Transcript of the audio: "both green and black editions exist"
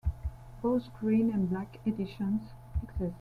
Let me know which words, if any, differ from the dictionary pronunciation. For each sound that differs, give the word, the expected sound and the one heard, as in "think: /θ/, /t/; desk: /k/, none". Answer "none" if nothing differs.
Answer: both: /θ/, /s/